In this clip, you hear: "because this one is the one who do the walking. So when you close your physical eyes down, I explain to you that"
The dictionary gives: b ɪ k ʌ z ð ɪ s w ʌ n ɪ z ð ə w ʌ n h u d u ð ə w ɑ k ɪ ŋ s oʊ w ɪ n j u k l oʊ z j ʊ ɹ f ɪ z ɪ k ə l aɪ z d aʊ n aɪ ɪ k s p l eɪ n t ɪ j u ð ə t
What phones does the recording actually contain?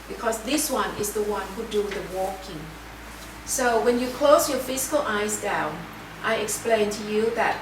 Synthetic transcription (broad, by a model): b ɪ k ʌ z ð ɪ s w ʌ n ɪ z ð ə w ʌ n h u d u ð ə w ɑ k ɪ ŋ s oʊ w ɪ n j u k l oʊ z j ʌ ɹ f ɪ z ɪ k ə l aɪ z d aʊ n aɪ ɪ k s p l eɪ n t ɪ j u ð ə t